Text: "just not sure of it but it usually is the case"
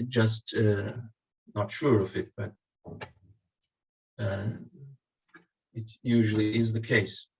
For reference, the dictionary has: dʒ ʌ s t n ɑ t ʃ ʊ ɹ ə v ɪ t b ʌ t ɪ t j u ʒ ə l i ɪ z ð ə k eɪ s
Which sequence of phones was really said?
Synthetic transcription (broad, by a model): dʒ ʌ s t n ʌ t ʃ ʊ ɹ ə v ɪ t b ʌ t ɪ t j u ʒ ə l i ɪ z ð ə k eɪ s